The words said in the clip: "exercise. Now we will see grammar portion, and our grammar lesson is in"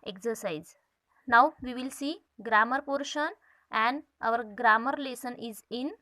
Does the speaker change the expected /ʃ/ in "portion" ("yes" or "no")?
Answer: no